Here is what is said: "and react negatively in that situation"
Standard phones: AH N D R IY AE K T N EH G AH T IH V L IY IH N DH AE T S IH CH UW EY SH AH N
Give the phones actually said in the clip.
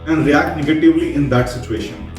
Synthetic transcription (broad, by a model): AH N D R IY AE K T N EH G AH T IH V L IY IH N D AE T S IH CH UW EY SH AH N